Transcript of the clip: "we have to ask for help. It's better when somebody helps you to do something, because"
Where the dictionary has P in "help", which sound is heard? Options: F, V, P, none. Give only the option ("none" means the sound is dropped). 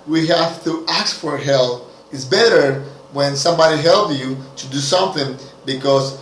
none